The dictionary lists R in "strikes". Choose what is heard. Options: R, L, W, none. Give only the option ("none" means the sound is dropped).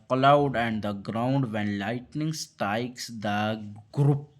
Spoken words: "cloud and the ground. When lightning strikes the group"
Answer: none